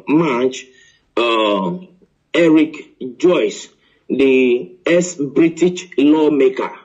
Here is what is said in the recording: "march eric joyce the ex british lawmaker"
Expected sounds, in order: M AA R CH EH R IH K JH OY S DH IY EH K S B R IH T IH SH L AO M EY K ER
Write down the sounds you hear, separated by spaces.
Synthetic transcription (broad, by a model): M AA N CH EH R IH K JH OY S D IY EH S B R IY T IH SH L AO M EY K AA